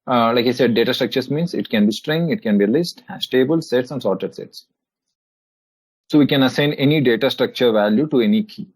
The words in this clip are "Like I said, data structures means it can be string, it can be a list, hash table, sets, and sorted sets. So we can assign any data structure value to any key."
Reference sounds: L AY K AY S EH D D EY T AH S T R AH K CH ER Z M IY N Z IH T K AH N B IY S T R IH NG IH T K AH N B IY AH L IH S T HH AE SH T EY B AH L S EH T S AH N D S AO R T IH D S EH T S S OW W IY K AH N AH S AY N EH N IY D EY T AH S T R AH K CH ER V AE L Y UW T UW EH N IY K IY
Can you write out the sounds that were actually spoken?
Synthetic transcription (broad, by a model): L AY K AY S EH D D EY T AH S T R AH K CH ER S M IY N S IH T K AH N B IY S T R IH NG IH T K AH N B IY L IH S T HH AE S T EY B AH L S EH T S AH N D S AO R T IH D S EH T S S OW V IY K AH N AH S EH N EH N IY D EY T AH S T R AH K CH ER V AE L Y UW T UW EH N IY K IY